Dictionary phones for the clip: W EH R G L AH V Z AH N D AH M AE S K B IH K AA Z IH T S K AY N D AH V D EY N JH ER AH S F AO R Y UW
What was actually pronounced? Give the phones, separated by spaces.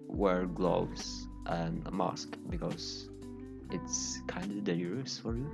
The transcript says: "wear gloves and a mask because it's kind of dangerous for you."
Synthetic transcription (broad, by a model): W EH R G L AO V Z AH N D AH M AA S K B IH K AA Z IH T S K AY N D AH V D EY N ER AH S F AO R Y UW